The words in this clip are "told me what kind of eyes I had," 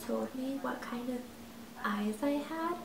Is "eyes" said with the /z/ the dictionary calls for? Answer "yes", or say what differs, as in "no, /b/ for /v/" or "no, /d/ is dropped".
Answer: no, /s/ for /z/